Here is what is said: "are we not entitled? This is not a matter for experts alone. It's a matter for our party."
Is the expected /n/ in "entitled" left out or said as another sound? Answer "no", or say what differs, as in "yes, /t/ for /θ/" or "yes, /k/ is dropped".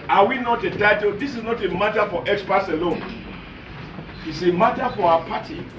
yes, /n/ is dropped